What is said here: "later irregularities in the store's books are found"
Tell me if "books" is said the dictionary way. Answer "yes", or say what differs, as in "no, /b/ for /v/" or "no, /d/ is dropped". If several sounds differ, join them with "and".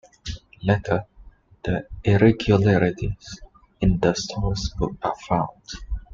no, /s/ is dropped